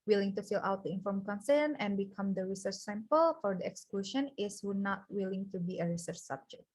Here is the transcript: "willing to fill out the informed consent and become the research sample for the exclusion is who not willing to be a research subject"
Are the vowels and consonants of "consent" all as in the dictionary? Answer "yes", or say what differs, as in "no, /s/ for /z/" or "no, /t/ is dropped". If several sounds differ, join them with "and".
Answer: no, /t/ is dropped